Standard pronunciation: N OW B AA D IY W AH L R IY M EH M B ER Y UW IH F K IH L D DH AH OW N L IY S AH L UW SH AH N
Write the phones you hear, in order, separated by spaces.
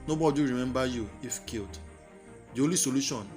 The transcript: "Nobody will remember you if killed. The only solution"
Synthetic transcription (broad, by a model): N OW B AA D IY R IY M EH M B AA Y UW IH F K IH L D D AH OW L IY S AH L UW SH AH N